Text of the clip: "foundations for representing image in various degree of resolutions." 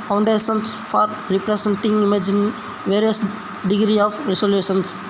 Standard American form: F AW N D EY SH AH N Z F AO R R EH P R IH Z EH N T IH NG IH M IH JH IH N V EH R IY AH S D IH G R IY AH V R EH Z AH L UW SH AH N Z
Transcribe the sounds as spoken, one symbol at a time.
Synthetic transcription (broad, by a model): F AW N D EY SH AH N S F AO R R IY P R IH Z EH N T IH NG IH M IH JH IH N V EH R IY AH S D IH G R IY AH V R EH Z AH L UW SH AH N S